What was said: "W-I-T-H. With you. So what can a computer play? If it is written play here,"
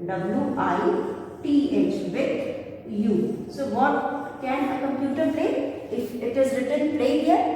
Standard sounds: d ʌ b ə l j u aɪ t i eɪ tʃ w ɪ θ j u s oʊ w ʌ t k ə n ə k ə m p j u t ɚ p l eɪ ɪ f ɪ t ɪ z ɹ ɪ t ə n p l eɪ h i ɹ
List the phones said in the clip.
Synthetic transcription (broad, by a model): d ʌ b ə l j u aɪ t i eɪ tʃ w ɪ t j u s oʊ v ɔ t k ə n ə k ə m p j u t ɚ p l eɪ ɪ f ɪ t ɪ z ɹ ɪ t ə n p l eɪ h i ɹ